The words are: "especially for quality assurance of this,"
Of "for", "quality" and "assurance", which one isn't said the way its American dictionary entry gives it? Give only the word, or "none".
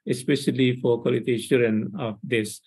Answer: assurance